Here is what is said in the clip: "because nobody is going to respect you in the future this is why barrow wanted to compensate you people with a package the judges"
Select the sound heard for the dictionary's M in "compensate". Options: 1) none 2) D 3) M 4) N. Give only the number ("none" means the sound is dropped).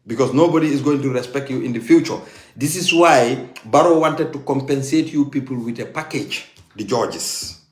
3